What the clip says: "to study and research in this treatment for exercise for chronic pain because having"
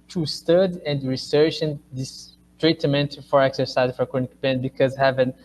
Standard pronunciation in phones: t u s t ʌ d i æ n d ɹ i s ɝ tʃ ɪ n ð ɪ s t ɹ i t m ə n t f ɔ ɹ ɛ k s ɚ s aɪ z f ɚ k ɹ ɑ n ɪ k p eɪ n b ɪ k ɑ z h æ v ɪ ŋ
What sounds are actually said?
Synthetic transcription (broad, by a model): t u s t ʌ d i n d ɹ i s ɝ tʃ ɪ n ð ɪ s t ɹ i t m ə n t f ɔ ɹ ɛ k s ɚ s aɪ z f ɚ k ɑ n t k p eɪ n b ɪ k ɑ z h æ v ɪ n